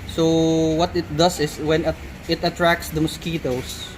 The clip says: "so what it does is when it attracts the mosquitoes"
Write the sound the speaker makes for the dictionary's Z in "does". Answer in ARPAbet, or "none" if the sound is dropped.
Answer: S